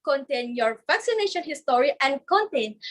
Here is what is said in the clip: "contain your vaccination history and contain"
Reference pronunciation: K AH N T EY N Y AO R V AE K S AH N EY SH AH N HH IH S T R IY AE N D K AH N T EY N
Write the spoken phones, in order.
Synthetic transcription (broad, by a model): K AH N T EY N Y AO R V AE K S AH N EY SH AH N HH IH S T R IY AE N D K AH N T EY N